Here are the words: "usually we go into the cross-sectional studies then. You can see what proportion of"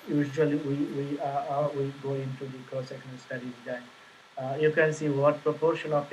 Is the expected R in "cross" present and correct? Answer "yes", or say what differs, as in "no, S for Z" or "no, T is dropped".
no, R is dropped